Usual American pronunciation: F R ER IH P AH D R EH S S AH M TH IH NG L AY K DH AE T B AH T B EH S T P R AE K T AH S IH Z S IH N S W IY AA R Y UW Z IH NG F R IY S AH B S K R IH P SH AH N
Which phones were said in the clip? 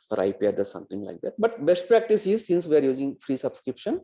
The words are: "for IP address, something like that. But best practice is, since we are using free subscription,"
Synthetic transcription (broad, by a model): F R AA IH P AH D EH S S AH M T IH NG L AY K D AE T B AH T B EH S T P R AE K T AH S IH Z S IH N S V IY AA R Y UW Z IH NG F R IY S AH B S K R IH P SH AH N